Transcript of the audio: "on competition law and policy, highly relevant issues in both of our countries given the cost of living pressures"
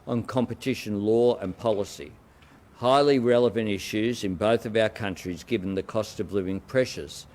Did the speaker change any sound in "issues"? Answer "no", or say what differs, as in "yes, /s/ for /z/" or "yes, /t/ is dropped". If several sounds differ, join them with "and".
no